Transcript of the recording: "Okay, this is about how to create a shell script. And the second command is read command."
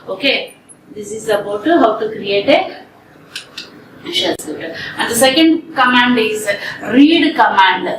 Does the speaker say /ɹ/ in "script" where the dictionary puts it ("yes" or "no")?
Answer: no